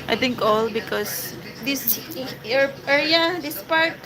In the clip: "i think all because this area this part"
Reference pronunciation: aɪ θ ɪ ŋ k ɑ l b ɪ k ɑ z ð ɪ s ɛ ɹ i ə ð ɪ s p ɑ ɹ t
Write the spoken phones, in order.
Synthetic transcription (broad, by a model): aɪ t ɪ ŋ k ɑ l b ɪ k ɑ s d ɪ s ɛ ɹ i ə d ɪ s p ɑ ɹ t